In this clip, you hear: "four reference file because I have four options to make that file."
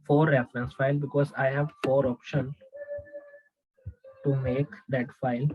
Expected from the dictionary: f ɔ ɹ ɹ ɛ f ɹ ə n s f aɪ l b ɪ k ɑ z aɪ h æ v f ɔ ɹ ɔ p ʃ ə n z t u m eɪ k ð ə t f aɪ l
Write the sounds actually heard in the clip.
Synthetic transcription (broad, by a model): f ɔ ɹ ɹ ɛ f ɹ ə n s f aɪ l b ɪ k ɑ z aɪ h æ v f ɔ ɹ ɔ p ʃ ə n t u m eɪ k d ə t f aɪ l